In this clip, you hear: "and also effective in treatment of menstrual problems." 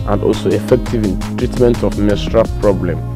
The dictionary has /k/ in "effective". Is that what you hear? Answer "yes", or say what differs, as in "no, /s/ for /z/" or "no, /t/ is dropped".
yes